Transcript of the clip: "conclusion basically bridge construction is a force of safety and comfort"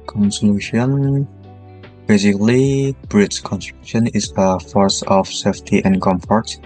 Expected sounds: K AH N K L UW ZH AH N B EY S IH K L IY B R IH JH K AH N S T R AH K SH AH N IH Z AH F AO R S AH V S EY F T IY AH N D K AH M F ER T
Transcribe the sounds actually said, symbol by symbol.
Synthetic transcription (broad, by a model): K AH N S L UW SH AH N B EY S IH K L IY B R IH CH K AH N S T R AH K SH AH N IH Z AH F AO R S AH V S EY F T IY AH N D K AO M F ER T